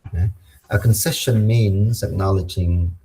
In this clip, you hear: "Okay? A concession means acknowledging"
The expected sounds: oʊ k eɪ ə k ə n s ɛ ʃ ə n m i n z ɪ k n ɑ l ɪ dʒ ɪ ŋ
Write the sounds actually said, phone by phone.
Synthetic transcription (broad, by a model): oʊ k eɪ ə k ə n s ɛ ʃ ə n m i n z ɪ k n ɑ l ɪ dʒ ɪ ŋ